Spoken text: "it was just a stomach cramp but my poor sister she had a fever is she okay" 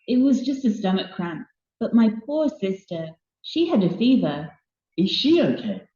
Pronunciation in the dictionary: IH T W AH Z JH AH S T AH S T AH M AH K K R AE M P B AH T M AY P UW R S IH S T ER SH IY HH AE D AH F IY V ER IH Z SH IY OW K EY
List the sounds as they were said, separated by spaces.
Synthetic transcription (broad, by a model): IH T W AH Z JH AH S T AH S T AH M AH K K R AE M P B AH T M AY P UW R S IH S T ER SH IY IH D AH F IY V ER IH Z SH IY OW K EY